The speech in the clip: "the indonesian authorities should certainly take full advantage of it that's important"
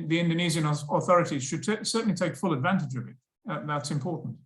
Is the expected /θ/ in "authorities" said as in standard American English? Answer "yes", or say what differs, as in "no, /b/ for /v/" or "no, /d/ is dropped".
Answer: yes